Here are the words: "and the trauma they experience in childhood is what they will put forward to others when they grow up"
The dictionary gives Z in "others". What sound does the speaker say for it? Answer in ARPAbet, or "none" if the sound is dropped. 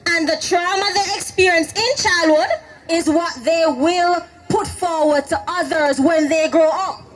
Z